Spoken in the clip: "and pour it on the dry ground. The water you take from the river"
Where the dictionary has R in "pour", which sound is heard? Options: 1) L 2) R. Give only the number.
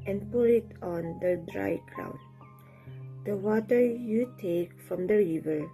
1